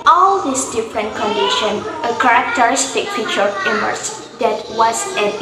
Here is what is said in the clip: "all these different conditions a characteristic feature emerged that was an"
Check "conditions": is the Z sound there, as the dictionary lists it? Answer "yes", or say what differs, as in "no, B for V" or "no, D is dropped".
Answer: no, Z is dropped